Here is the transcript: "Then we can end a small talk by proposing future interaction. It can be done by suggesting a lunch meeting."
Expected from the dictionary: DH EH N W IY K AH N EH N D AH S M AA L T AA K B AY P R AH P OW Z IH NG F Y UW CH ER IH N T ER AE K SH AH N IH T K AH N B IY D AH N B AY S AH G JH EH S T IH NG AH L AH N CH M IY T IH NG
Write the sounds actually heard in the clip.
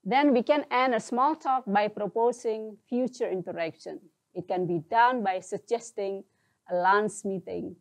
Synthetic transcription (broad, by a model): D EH N W IY K AH N EH N D AH S M AA L T AA K B AY P R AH P OW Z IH NG F Y UW CH ER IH N T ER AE K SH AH N IH T K AH N B IY D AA N B AY S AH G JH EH S T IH NG AH L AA N S M IY T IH NG